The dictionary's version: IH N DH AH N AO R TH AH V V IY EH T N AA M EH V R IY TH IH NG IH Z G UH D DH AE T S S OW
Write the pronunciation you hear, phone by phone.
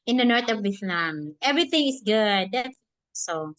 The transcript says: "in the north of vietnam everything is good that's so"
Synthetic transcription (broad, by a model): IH N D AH N AO R T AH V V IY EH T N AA M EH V R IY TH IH NG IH S G UH D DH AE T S S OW